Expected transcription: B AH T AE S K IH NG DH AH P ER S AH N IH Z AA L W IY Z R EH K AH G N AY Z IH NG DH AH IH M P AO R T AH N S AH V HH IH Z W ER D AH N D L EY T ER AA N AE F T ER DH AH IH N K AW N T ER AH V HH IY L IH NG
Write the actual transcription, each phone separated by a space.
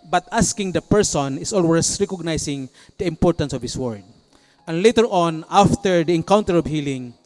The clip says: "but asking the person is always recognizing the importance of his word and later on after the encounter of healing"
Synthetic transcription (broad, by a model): B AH T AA S K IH NG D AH P ER S AH N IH S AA L W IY S R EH K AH G N AY S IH NG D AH IH M P AO R T AH N S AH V HH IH S W ER D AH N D L EY T ER AA N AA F T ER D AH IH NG K AW N T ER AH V HH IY L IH NG